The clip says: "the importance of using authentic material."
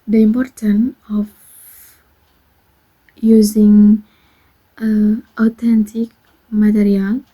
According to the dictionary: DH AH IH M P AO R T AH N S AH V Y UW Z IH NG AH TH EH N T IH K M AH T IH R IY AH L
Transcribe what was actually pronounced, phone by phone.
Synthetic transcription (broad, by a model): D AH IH M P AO R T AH N AH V Y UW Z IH NG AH T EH N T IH K M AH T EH R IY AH L